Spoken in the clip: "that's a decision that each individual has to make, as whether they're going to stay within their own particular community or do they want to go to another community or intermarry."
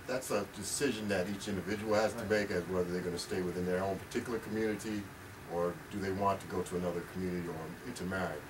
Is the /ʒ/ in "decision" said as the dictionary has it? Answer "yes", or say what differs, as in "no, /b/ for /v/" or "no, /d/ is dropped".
yes